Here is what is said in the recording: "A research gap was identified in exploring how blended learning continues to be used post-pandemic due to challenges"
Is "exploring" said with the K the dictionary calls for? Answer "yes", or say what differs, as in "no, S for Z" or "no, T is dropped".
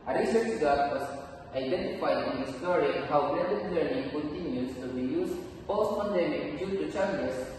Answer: no, K is dropped